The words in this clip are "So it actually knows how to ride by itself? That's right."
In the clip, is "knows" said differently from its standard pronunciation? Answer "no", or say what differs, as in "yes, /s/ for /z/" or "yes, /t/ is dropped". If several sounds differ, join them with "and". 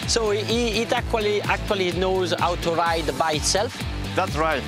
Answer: no